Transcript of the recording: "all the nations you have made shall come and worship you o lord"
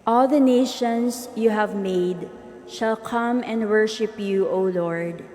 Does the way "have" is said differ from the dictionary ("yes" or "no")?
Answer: no